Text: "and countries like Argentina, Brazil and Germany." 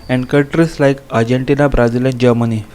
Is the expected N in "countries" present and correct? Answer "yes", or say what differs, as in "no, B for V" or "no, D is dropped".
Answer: no, N is dropped